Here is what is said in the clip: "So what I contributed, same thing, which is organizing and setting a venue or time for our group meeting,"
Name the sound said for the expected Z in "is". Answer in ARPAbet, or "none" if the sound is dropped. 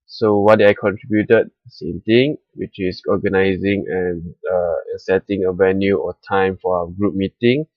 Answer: S